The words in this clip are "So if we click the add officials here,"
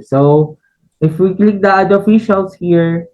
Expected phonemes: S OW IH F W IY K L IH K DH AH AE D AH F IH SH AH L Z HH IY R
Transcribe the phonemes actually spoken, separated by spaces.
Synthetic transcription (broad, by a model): S OW IH F W IY K L IH K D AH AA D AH F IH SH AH L S HH IY R